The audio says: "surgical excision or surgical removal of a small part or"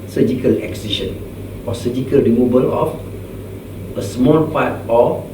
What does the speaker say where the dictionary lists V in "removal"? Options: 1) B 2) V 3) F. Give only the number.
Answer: 1